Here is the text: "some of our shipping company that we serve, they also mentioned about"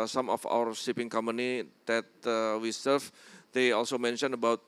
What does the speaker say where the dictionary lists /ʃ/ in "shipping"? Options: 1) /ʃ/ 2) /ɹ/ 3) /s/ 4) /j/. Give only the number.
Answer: 3